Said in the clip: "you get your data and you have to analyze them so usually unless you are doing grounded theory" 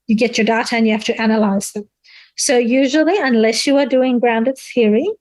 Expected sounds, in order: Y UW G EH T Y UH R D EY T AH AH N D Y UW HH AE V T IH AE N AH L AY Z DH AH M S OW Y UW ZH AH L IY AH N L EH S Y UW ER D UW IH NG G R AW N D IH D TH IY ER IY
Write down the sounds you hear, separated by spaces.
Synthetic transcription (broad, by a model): Y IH G EH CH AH R D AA T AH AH N Y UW HH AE F T IH AE N AH L AY Z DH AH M S OW Y UW ZH AH L IY AH N L EH S Y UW ER D UW IH NG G R AW N D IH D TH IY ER IY